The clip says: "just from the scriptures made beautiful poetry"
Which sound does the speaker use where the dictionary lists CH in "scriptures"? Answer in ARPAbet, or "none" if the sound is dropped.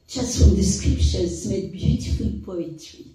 SH